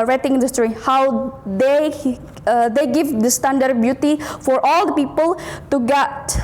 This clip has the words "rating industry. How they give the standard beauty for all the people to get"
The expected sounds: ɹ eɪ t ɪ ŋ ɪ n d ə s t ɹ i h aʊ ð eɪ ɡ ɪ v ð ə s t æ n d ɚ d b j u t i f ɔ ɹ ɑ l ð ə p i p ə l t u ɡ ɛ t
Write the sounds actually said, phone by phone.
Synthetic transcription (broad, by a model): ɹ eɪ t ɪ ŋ ɪ n d ə s t ɹ i h aʊ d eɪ ɡ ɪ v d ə s t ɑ n d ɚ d b j u t i f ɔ ɹ ɑ l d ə p i p ə l t u ɡ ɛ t